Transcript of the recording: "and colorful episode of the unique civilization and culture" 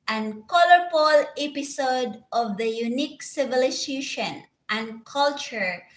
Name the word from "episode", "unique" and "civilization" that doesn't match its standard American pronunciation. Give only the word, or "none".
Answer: civilization